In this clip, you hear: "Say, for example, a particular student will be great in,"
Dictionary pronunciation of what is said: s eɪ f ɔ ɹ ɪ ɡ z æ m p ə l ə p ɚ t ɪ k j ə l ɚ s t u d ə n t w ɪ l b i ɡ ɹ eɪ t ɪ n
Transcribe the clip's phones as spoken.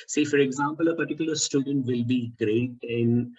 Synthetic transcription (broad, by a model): s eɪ f ɔ ɹ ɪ ɡ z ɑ m p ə l ə p ɚ t ɪ k j ə l ɚ s t u d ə n t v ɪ l b i ɡ ɹ eɪ t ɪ n